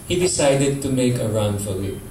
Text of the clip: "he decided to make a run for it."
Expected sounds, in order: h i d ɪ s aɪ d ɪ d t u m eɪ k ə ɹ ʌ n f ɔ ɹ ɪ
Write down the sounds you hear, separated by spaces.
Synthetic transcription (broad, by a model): h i d ɪ s aɪ d ɪ d t u m eɪ k ə ɹ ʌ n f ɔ l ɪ